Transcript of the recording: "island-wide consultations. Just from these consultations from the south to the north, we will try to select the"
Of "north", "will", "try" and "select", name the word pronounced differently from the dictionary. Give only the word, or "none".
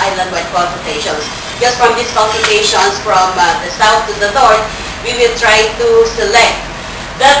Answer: north